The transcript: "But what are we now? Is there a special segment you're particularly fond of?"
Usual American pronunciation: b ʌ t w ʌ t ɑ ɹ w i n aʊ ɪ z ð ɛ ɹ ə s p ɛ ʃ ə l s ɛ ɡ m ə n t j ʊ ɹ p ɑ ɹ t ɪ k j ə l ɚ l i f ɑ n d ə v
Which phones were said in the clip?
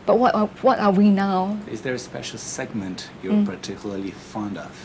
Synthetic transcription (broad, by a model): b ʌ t w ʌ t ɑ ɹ w i n aʊ ɪ z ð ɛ ɹ ə s p ɛ ʃ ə l s ɛ ɡ m ə n t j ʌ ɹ p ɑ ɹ t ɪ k j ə l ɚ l i f ɑ n d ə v